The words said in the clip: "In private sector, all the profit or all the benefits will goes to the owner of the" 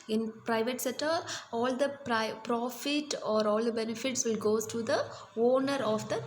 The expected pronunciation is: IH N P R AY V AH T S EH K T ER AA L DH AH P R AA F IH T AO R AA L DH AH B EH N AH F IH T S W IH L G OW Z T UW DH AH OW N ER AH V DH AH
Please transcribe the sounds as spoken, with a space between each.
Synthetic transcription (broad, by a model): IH N P R AY V AH T S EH T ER AA L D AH P R AA F IH T AO R AA L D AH B EH N AH F IH T S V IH L G OW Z T UW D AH OW N ER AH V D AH